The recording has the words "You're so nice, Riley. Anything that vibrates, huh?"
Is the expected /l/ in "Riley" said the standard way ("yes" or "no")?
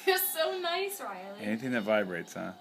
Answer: no